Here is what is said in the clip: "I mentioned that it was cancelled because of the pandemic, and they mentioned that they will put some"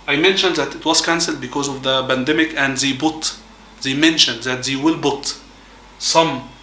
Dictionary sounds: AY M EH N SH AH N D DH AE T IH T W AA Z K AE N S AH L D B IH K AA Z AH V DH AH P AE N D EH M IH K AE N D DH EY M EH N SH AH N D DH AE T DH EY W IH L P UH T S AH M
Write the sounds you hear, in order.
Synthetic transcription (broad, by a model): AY M EH N SH AH N D DH AE T IH T W AA Z K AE N S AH L D B IH K AA Z AH V DH AH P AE N D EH M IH K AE N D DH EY M EH N SH AH N D DH AE T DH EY W IH L B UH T S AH M